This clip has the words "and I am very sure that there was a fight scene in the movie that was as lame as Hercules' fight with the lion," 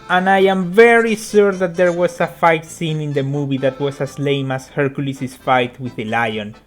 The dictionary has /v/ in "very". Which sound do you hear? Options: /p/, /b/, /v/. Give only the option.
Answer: /v/